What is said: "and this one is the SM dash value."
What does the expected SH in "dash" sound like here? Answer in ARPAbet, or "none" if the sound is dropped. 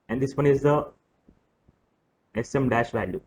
SH